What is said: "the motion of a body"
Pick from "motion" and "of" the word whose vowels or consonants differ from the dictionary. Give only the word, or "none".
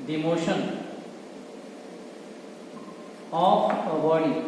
of